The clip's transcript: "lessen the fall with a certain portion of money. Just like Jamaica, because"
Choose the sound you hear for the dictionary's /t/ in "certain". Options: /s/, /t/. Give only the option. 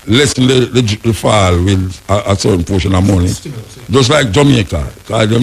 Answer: /s/